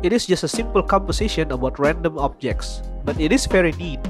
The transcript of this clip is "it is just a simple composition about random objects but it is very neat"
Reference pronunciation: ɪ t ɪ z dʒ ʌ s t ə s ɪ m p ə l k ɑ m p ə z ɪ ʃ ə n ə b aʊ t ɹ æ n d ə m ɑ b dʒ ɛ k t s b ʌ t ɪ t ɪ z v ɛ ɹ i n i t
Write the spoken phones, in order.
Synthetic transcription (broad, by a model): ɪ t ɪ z dʒ ʌ s t ə s ɪ m p ə l k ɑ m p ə s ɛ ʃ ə n ə b aʊ t ɹ æ n d ə m ɑ b dʒ ɛ k t s b ʌ t ɪ t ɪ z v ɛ ɹ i n i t